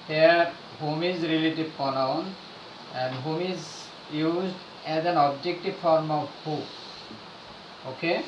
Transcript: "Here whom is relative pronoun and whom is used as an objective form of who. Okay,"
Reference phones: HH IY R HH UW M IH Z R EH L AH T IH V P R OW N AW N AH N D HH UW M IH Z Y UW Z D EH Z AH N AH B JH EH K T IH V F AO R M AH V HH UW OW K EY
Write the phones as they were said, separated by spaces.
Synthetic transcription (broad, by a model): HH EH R HH UW M IH Z R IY L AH T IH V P OW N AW N AH N D HH UW M IH Z Y UW Z D EH Z AH N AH B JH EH K T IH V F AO R M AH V HH UW OW K EY